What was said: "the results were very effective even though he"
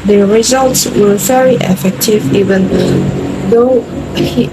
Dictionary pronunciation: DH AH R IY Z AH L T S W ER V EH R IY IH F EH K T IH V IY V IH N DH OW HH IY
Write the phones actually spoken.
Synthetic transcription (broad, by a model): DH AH R IY Z AH L T S W ER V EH R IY IH F EH K T IH V IY V IH N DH OW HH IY